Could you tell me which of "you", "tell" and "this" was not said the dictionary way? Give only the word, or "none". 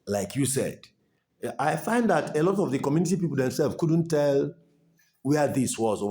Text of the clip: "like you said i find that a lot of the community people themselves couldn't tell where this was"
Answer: none